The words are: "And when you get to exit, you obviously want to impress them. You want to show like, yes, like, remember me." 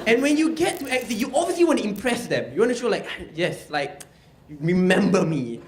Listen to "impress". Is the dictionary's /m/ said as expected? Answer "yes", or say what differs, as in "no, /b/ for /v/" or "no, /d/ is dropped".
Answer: yes